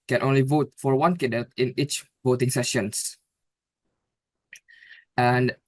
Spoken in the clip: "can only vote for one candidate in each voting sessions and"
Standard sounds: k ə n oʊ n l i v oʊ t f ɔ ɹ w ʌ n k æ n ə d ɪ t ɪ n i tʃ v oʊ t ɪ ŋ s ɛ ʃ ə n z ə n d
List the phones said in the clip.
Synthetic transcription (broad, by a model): k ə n oʊ n l i v oʊ t f ɔ ɹ w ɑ n k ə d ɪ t ɪ n i tʃ v oʊ t ɪ ŋ s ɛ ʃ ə n s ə n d